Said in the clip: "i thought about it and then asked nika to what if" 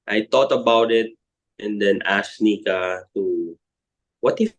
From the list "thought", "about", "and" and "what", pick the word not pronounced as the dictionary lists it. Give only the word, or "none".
thought